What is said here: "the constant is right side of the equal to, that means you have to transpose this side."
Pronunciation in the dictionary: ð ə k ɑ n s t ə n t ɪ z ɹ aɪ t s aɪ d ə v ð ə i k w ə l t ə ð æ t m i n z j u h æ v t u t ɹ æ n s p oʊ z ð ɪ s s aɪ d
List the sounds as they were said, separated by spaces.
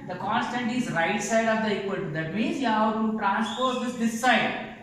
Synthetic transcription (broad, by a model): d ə k ɑ n s t ə n t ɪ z ɹ aɪ t s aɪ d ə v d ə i k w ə n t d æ t m i n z j u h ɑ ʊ t u t ɹ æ n s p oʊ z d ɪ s s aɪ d